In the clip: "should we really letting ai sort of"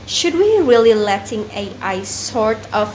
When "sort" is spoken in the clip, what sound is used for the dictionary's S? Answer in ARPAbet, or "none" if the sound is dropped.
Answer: S